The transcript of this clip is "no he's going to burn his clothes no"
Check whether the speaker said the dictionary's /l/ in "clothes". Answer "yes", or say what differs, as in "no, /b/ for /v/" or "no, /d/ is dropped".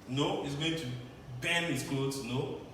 no, /l/ is dropped